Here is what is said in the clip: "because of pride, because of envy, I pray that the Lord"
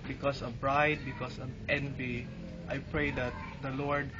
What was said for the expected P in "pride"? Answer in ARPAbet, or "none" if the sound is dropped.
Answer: B